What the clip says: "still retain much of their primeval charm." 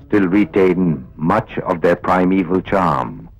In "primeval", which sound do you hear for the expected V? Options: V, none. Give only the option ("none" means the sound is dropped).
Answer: V